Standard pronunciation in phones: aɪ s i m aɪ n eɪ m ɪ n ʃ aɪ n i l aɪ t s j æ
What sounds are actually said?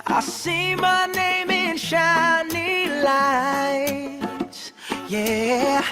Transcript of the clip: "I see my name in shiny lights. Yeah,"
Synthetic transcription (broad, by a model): aɪ s i m aɪ n eɪ m ɪ n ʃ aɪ n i l aɪ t j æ